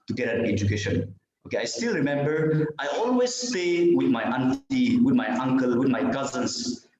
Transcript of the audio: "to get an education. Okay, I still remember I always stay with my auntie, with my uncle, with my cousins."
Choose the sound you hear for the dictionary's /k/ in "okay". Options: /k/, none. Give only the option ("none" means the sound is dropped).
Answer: /k/